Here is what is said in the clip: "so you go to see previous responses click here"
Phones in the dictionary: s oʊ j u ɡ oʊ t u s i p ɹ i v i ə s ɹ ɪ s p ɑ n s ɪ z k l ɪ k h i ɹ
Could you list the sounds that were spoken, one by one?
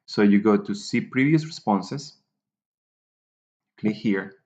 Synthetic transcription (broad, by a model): s oʊ j u ɡ oʊ t u s i p ɹ i v i ə s ɹ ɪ s p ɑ n s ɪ s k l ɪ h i ɹ